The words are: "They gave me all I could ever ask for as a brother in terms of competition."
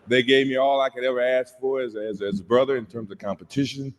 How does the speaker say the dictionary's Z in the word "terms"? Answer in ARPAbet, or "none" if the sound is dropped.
Z